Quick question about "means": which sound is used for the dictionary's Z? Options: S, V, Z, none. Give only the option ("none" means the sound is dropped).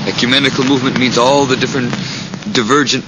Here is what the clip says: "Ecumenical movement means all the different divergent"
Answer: Z